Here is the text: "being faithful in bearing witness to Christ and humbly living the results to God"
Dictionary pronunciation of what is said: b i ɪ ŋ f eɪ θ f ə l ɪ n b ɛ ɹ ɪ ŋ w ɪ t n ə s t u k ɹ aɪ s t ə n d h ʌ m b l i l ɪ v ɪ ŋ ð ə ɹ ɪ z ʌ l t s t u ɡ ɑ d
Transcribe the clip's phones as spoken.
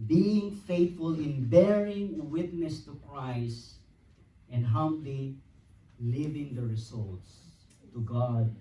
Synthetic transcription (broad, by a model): b i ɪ ŋ f eɪ t f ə l ɪ n b ɛ ɹ ɪ ŋ w ɪ t n ə s t u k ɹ aɪ s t ə n d h ʌ m b l i l ɪ v ɪ ŋ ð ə ɹ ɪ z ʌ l t s t u ɡ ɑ d